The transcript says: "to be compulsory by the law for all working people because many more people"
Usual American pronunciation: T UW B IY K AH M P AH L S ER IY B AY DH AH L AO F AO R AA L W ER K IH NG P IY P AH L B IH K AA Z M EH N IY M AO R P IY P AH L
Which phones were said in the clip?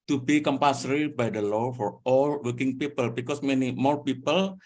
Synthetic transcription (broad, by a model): T UW B IY K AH M P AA S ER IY B AY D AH L AO F AO R AA L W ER K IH NG P IY P AH L B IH K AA S M EH N IY M AO R P IY P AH L